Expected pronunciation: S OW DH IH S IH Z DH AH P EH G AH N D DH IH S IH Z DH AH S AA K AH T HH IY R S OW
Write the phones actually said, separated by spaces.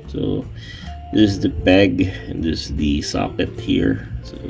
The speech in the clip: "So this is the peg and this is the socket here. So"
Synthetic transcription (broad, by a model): S OW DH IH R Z DH AH B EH G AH N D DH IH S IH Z DH AH S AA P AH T HH IY R S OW